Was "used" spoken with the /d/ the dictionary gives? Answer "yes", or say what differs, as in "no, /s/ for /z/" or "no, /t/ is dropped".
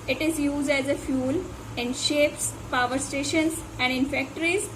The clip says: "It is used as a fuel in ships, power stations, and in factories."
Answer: yes